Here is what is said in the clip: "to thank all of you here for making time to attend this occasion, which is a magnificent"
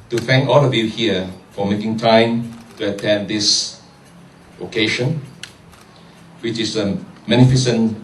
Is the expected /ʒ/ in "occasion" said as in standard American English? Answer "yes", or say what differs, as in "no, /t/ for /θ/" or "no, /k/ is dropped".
no, /ʃ/ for /ʒ/